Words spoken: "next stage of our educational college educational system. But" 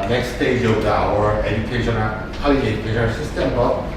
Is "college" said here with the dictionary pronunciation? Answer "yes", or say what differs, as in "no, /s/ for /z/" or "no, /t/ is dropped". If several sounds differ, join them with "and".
no, /dʒ/ is dropped